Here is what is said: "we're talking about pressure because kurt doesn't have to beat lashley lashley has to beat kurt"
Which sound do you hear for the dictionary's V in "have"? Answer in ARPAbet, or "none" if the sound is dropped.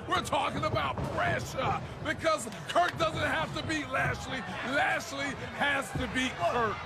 F